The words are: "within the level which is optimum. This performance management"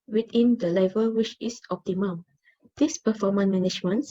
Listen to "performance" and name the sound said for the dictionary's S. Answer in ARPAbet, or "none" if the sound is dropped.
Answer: none